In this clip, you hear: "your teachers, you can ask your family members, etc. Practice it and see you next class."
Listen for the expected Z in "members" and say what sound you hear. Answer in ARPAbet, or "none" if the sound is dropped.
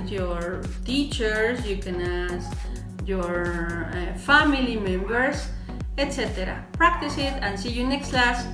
S